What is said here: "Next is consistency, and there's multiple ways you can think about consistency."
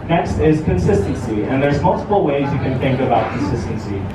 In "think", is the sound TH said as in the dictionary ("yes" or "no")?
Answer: yes